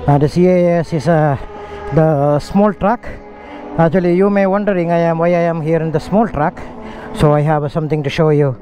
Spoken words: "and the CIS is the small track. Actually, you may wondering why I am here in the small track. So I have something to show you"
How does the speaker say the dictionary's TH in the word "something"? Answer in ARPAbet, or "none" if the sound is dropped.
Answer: T